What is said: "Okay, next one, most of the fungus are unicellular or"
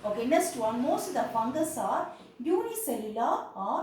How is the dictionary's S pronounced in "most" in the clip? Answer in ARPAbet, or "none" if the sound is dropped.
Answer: S